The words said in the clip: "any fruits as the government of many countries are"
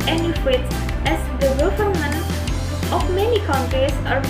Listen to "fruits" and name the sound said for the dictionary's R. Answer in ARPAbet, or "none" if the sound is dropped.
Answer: W